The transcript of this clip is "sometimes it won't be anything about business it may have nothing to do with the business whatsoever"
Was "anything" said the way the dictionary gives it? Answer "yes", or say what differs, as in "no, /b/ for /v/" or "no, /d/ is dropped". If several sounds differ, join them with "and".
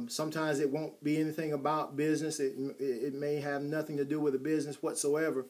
yes